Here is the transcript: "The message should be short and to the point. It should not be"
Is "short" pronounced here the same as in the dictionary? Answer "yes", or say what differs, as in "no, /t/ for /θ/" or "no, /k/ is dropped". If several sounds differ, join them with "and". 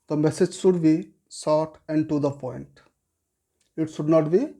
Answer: no, /s/ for /ʃ/